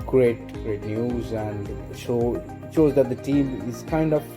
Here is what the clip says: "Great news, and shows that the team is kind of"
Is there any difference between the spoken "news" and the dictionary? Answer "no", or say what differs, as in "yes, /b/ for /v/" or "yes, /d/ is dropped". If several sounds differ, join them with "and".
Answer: no